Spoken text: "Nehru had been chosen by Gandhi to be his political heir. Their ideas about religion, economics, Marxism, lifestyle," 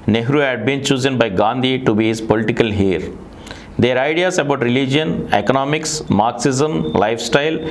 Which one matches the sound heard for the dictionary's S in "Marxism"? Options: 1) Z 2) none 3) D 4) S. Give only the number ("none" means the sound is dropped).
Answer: 4